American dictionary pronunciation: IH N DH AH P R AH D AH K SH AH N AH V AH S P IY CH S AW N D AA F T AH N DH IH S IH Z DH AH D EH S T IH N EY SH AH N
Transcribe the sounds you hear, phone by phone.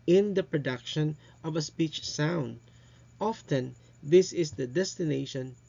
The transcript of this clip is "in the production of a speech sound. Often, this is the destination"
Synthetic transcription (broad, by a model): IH N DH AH P R AH D AH K SH AH N AH V AH S P IY CH S AW N D AA F T AH N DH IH S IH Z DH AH D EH S T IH N EY SH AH N